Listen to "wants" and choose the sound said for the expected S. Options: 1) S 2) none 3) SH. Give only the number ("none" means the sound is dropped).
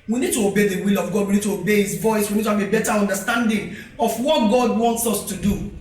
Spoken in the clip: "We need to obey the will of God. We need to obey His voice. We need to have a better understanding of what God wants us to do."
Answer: 1